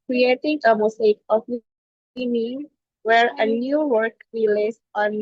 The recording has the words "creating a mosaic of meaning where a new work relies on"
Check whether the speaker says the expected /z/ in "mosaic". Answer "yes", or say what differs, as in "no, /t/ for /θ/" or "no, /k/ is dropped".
no, /s/ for /z/